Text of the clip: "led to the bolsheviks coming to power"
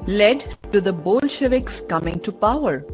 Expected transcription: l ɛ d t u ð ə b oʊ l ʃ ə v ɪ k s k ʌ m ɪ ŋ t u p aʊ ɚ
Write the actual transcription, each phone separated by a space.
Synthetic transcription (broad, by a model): l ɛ d t u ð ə b oʊ l ʃ ə v ɪ k s k ʌ m ɪ ŋ t u p aʊ ɚ